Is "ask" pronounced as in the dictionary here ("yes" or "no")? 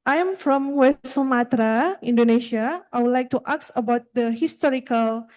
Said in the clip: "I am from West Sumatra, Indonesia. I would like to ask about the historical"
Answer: no